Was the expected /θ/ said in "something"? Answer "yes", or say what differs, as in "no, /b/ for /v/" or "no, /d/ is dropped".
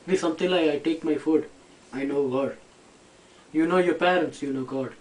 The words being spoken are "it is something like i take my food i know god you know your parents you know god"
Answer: no, /t/ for /θ/